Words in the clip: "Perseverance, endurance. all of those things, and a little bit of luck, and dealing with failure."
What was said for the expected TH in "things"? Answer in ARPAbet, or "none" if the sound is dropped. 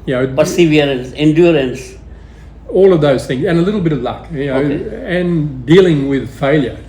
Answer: TH